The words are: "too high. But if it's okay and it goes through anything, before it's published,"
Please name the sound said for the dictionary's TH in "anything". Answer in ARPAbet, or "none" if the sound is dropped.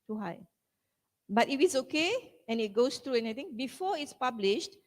T